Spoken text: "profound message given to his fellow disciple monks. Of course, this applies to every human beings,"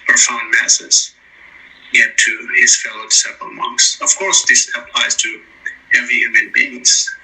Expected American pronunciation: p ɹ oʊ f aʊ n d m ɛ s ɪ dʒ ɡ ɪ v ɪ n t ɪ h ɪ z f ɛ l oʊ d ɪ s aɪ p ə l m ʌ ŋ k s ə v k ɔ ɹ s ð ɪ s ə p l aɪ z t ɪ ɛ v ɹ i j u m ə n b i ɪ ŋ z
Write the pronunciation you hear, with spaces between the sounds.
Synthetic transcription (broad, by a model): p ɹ f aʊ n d m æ s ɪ z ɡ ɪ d t ɪ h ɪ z f ɛ l oʊ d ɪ s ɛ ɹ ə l m ʌ ŋ k s ə v k ɔ ɹ s ð ɪ s ə p l aɪ z t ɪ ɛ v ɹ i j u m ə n b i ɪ ŋ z